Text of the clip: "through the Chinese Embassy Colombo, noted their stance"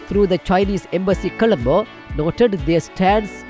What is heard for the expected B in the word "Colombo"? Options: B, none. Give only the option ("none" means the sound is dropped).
B